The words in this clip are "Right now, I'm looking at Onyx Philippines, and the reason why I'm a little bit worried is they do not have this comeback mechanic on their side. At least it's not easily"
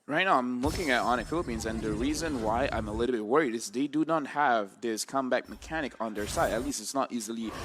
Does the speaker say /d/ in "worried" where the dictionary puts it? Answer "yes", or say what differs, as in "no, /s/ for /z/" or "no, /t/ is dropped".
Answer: yes